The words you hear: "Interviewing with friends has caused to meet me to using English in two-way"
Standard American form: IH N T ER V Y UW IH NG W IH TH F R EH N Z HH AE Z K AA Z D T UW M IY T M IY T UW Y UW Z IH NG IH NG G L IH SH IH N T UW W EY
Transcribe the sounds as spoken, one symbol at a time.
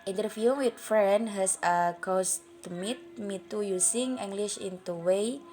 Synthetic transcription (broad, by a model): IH N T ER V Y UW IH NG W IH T F R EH N HH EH S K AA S T UW M IY T M IY T UW Y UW S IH NG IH NG G L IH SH IH N T UW W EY